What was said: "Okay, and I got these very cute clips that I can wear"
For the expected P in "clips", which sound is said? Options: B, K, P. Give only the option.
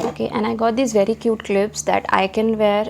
B